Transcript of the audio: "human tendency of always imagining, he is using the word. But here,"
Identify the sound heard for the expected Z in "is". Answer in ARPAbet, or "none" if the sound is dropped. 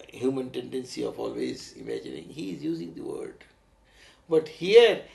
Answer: Z